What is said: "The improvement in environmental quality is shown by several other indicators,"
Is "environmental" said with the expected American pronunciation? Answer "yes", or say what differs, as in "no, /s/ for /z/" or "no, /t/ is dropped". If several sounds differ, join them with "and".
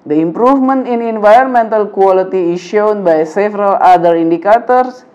yes